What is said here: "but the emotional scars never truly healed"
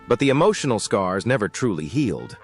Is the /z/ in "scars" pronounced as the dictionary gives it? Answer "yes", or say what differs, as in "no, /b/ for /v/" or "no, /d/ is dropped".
yes